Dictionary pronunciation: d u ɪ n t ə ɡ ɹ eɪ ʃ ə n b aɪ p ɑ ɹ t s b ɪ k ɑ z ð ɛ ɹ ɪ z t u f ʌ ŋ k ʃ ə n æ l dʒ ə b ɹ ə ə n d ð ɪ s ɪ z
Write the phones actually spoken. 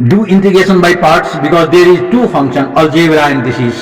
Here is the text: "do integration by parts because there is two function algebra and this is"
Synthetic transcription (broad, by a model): d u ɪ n t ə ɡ eɪ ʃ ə n b aɪ p ɑ ɹ t s b ɪ k ɑ z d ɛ ɹ ɪ z t u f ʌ ŋ k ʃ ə n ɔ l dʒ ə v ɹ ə ə n d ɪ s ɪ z